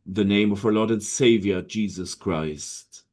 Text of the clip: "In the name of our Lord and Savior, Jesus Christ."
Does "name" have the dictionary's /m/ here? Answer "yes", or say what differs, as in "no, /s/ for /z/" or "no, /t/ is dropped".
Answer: yes